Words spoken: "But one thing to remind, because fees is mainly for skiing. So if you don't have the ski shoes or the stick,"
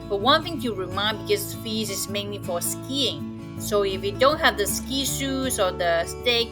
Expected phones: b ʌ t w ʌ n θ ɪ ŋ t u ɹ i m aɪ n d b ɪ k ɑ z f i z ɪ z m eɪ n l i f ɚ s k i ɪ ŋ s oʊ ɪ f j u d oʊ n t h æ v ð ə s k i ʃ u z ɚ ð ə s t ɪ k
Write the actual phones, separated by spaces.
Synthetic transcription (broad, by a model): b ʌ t w ʌ n θ ɪ ŋ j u ɹ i m aɪ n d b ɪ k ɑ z f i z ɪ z m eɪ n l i f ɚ s k i ɪ ŋ s oʊ ɪ f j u d oʊ n t h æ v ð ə s k i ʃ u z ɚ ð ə s t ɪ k